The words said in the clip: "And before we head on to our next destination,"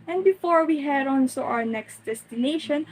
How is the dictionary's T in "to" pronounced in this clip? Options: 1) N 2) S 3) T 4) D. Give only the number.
2